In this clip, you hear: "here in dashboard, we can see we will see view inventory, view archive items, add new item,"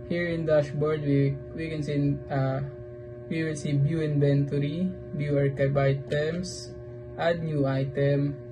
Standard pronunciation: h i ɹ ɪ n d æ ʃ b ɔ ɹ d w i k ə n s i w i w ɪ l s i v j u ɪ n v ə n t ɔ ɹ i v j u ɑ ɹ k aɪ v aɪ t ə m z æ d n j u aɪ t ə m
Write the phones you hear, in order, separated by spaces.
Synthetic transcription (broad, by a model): h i ɹ ɪ n d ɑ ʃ b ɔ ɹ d w i k ə n s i w i w ɪ l s i b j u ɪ n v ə n t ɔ ɹ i b j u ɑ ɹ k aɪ b aɪ t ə m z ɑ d n j u aɪ t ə m